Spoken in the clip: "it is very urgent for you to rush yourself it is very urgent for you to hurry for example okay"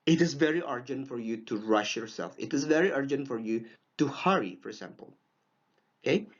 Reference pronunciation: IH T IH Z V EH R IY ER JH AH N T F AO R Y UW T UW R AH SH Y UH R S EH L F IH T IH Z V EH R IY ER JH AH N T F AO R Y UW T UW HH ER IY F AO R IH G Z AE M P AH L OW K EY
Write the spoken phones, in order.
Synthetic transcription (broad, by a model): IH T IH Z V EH R IY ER JH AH N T F AO R Y UW T UW R AH SH Y UH R S EH L F IH T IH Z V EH R IY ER JH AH N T F AO R Y UW T UW HH ER IY F AO R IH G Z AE M P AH L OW K EY